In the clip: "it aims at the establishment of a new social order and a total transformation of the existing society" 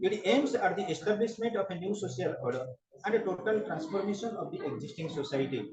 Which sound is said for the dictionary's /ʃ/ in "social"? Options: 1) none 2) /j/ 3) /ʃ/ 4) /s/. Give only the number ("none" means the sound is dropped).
4